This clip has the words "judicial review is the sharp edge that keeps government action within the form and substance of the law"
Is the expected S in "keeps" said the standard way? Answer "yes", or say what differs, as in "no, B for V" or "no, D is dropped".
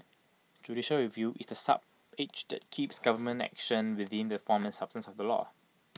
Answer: yes